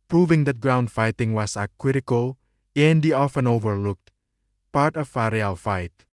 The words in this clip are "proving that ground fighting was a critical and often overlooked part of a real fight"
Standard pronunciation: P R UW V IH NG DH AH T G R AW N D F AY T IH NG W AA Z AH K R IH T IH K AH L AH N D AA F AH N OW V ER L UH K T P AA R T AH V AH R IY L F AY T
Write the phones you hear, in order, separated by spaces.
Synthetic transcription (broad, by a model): P R UW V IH NG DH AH T G R AW N D F AY T IH NG W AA S AH K W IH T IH K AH L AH N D AA F AH N OW V ER L UH K T P AA R T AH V AH R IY L F AY T